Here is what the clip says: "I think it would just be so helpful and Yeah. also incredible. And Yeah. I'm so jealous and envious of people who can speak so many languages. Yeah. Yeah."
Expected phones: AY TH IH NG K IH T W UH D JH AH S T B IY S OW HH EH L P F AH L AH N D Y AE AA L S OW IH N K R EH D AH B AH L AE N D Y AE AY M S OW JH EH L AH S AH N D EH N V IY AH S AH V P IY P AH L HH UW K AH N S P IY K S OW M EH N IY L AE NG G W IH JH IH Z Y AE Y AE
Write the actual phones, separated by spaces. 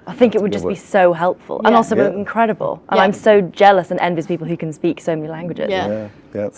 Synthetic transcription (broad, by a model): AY TH IH NG K IH T W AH D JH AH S B IY S OW HH EH L P F AH L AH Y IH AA L S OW IH N K R EH D AH B AH L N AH AY M S OW JH EH L AH S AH N EH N V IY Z P IY P L HH UW K AH N S P IY K S OW M EH N IY L AE NG G W IH JH IH Z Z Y